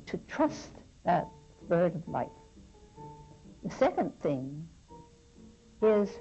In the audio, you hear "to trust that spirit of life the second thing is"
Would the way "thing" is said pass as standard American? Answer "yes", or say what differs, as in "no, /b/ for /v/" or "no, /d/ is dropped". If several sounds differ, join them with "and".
yes